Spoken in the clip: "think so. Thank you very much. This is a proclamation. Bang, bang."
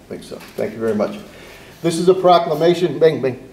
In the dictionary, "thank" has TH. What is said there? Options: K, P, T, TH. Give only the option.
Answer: TH